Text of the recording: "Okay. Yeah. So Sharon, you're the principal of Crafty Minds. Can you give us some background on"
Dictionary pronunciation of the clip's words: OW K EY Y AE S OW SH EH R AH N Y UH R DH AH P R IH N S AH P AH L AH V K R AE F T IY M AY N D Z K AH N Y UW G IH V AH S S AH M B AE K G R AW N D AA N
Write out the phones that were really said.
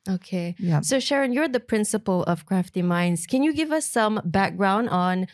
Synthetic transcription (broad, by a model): OW K EY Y S OW SH EH R AH N Y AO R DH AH P R IH N S AH P AH L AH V K R AE F T IY M AY N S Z K AH N Y UW G IH V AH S S AH M B AE K G R AW N D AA N